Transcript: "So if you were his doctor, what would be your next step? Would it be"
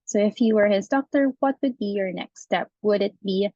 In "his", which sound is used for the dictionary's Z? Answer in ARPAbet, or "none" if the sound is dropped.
Z